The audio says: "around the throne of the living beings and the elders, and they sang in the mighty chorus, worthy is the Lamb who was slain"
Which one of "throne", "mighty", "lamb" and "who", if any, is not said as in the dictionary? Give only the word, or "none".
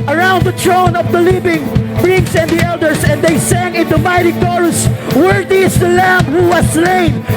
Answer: throne